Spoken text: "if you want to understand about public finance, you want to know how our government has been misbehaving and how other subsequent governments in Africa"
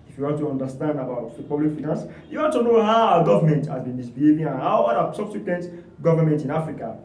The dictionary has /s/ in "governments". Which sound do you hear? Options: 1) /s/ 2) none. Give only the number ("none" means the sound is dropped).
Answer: 2